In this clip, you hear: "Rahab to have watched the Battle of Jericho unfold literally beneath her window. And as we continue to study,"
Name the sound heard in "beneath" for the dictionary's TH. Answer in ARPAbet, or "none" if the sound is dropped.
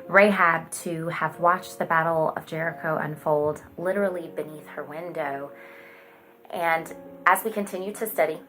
TH